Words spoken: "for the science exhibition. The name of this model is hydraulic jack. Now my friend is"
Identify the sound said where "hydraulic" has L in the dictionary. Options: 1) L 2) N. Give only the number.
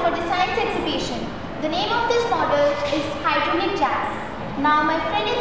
2